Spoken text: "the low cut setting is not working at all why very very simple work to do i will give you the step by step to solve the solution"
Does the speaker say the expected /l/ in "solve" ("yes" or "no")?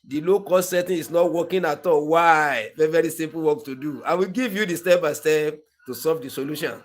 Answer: no